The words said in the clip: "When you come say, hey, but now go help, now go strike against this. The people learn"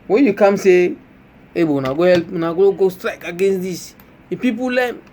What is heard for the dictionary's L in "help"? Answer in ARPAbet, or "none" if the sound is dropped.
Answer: L